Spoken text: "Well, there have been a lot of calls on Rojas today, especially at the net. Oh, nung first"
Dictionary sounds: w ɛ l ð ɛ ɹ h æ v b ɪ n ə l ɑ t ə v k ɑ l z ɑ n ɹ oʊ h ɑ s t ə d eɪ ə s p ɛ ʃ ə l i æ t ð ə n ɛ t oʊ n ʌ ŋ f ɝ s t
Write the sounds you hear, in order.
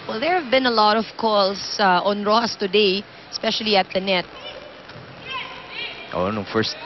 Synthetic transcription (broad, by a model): w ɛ l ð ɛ ɹ h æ v b ɪ n ə l ɑ t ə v k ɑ l s ɑ n ɹ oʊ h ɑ s t ə d eɪ ə s p ɛ ʃ ə l i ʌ t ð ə n ɛ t oʊ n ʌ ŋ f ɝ s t